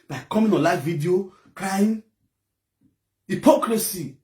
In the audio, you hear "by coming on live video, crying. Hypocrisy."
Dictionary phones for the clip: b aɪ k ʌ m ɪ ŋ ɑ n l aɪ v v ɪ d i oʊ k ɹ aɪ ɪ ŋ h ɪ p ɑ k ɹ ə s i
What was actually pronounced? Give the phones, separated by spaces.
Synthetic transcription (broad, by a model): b aɪ k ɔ m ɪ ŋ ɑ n l aɪ f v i d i oʊ k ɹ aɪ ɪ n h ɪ p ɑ k ɹ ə s i